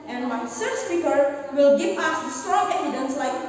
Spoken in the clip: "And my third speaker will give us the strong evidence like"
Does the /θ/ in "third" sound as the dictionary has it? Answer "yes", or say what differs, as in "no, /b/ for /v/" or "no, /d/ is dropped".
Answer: no, /s/ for /θ/